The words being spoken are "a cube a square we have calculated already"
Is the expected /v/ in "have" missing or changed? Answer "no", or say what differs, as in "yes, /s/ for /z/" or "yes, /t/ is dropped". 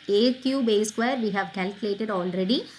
no